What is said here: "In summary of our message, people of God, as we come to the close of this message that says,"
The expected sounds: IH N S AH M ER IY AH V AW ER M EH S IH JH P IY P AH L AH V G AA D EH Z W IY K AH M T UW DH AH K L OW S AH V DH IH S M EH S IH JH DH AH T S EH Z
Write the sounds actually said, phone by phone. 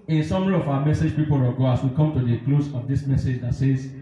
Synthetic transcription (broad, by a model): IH N S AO M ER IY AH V AW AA M EH S IH JH P IY P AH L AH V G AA AA S W IY K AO M T UW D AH K L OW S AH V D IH S M EH S IH JH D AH T S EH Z